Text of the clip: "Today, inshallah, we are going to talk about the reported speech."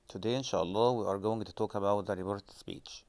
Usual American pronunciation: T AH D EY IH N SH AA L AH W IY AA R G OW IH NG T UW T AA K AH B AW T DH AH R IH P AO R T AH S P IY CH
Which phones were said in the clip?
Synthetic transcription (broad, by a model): T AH D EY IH N SH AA L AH W IY AA R G OW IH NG T UW T AA K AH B AW T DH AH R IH B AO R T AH S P IY CH